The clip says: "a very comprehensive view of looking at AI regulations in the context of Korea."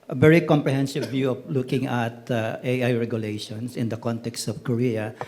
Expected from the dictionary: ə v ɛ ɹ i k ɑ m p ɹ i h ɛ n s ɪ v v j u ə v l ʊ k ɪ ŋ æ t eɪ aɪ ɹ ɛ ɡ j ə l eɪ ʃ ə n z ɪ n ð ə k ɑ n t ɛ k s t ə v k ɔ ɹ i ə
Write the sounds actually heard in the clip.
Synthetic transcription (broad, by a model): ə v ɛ ɹ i k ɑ m p ɹ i h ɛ n s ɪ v v j u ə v l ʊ k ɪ ŋ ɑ t eɪ aɪ ɹ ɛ ɡ j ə l eɪ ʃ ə n s ɪ n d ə k ɑ n t ɛ k s t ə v k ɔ ɹ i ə